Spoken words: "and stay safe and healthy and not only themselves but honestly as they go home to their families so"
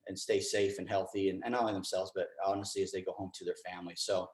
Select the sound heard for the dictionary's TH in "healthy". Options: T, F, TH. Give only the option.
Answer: TH